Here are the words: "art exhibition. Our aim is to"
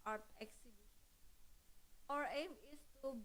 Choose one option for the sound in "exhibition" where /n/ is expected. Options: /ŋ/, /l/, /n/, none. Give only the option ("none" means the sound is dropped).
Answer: none